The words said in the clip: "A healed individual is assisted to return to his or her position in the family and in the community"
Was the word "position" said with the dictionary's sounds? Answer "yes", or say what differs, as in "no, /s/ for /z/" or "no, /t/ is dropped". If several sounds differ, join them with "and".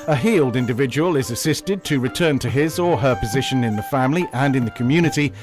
yes